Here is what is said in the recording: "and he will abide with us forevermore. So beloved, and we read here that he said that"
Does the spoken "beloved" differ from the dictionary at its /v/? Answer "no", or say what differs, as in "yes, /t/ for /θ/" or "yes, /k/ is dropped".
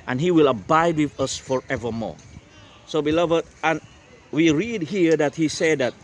no